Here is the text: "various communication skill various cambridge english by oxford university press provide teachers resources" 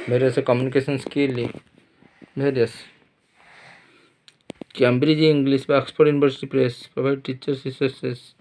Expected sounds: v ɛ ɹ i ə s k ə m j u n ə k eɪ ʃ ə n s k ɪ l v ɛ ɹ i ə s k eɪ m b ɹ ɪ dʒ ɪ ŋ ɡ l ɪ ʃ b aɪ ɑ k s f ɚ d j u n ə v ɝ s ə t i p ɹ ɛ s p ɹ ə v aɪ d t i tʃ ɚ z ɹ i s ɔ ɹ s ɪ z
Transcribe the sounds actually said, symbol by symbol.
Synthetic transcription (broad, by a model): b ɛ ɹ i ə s k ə m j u n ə k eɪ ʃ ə n s k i l b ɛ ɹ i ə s k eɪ m b ɹ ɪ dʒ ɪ ŋ ɡ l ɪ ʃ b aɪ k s p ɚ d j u n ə b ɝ s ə t i p ɹ ɛ s p ɹ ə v aɪ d t i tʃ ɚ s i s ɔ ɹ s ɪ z